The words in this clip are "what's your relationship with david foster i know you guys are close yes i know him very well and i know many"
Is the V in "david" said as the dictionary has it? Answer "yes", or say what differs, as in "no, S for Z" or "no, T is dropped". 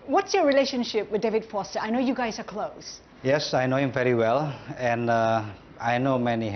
yes